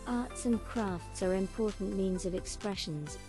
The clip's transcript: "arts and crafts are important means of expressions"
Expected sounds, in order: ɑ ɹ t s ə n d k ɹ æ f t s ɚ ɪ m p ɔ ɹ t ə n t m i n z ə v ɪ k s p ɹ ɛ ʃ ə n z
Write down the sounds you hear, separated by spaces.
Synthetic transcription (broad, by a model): ɑ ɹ t s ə n k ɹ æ f t s ɚ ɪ m p ɔ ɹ t n m i n z ə v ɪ k s p ɹ ɛ ʃ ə n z